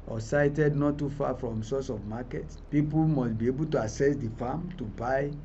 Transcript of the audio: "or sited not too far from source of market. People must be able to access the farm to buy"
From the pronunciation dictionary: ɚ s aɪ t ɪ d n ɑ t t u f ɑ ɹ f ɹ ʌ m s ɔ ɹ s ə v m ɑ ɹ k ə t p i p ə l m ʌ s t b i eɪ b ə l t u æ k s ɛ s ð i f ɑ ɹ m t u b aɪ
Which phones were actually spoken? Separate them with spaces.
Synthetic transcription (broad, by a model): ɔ s aɪ t ɪ d n ɑ t t u f ɑ f ɹ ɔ m s ɔ s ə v m ɑ k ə t p i p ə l m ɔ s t b i eɪ b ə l t u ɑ s ɛ s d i f ɑ m t u b aɪ